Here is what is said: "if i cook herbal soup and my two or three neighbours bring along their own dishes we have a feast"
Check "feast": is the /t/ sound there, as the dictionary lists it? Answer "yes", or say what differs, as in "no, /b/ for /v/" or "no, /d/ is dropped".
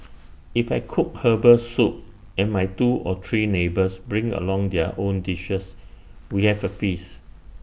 no, /t/ is dropped